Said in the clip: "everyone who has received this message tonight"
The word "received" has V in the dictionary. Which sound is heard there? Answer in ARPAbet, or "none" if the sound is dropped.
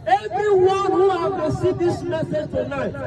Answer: none